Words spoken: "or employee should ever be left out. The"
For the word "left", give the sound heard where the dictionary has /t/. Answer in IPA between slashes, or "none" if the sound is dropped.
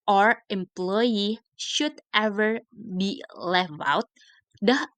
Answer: none